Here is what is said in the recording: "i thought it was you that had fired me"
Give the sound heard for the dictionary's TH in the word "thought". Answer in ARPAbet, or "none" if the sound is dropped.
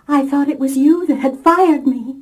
TH